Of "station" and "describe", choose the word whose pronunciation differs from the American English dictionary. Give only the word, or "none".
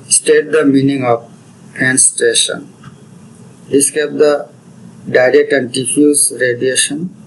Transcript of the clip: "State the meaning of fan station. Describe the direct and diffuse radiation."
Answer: describe